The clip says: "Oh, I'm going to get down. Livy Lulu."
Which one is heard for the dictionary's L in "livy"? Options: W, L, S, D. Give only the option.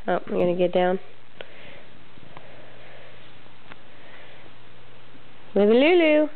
W